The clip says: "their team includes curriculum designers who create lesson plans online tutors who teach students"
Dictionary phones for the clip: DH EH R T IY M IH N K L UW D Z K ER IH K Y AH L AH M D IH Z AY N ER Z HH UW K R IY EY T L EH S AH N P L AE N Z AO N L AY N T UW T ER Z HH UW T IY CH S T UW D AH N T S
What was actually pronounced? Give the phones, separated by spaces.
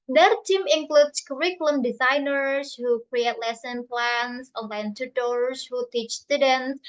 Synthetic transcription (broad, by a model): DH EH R T IY M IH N K L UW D S K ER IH K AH L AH M D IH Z AY N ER S HH UW K R IY EY T L EH S AH N P L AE N S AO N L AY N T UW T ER S HH UW T IY CH S T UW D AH N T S